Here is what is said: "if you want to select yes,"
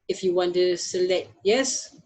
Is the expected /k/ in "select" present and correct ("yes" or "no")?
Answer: yes